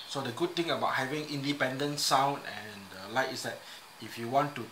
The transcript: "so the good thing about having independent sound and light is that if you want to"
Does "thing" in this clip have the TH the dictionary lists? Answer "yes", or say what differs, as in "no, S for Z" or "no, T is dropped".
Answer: no, T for TH